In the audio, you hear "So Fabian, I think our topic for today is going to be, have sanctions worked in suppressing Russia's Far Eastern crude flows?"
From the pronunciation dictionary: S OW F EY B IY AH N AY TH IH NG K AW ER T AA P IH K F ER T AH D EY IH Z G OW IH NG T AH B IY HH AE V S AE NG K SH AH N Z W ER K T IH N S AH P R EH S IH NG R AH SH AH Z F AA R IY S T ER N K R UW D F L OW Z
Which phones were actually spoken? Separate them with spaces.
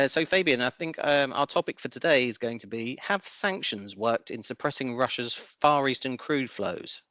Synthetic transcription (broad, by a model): S OW F EY B IY AH N AY TH IH NG K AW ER T AA P IH K F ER T AH D EY IH Z G OW IH NG T AH B IY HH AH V S AE NG K SH AH N Z W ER K T IH N S AH P R EH S IH NG R AH SH AH Z F AA R IY S T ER N K R UW D F L OW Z